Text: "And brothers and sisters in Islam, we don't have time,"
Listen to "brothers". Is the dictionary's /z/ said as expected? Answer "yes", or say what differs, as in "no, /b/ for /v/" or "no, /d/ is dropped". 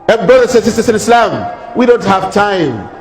no, /s/ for /z/